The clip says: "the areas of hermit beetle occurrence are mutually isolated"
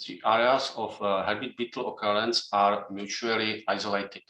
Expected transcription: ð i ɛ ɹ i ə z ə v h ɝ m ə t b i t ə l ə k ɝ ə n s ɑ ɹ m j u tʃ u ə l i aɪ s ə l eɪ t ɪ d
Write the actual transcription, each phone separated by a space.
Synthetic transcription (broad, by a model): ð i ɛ ɹ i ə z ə f h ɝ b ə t b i t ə l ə k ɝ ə n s ɑ ɹ m j u tʃ u ə l i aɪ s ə l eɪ t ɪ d